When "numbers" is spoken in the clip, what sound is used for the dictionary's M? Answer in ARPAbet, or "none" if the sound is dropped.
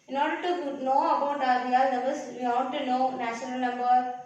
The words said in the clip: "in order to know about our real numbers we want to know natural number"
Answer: none